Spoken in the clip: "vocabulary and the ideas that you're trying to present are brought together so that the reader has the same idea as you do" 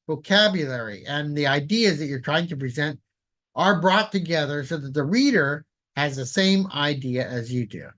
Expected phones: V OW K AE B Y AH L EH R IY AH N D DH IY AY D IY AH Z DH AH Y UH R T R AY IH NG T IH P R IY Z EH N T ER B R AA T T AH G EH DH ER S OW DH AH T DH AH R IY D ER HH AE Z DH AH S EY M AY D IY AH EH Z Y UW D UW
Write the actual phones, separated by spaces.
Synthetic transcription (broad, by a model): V OW K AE B Y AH L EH R IY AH N DH IY AY D IY AH Z DH AH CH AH R T R AY IH NG T IH P R IY Z EH N T ER B R AA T T AH G EH DH ER S OW DH AH T DH AH R IY D ER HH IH Z DH AH S EY M AY D IY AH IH Z Y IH D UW